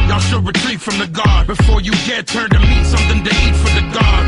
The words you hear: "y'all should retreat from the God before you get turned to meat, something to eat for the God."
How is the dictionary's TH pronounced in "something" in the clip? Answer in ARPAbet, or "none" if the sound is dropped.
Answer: TH